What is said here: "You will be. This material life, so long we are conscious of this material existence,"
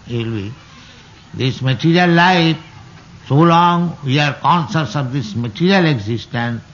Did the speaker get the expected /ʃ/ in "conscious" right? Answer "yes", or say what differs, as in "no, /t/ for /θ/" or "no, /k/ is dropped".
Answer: no, /s/ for /ʃ/